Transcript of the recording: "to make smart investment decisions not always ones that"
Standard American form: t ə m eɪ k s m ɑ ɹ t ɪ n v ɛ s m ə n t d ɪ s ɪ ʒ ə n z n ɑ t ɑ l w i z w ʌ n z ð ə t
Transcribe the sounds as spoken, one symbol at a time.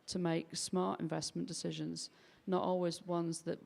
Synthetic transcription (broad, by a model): t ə m eɪ k s m ɑ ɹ t ɪ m v ɛ s m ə n d ɪ s ɪ ʒ ə n z n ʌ t ɑ l w i z w ʌ n z ð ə t